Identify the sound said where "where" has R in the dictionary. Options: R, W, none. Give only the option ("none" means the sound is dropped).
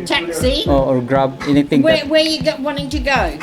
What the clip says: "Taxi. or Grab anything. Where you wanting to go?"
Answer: W